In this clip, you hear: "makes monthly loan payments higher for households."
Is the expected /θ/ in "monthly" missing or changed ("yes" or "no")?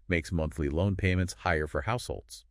no